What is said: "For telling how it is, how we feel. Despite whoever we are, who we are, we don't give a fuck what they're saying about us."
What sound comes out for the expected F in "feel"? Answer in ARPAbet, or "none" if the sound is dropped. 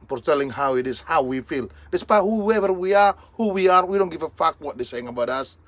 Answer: F